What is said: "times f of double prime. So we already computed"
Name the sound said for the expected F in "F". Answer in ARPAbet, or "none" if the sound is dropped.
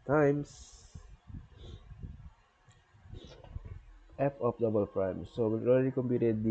P